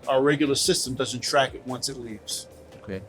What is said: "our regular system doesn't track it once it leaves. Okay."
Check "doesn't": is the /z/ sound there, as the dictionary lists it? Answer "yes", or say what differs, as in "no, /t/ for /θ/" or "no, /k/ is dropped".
yes